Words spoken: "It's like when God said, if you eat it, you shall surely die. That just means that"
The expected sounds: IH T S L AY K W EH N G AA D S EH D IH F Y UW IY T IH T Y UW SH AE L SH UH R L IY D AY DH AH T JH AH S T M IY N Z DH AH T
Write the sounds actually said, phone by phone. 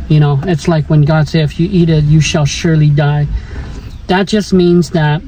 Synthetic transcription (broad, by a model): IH T S L AY K W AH N G AA D S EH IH IH F Y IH IY T IH T Y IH SH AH L SH UH R L IY D AY DH AH T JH AH S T M IY N Z DH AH T